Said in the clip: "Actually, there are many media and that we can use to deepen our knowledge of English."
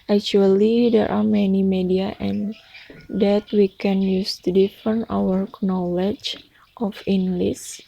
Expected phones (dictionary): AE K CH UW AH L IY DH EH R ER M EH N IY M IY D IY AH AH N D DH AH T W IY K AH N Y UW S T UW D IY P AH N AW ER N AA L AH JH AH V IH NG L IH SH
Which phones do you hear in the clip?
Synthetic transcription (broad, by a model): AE K CH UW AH L IY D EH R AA M EH N IY M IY D IY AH AH N D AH T W IY K AH N Y UW S T UW D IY F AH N AW ER N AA L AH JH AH F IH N L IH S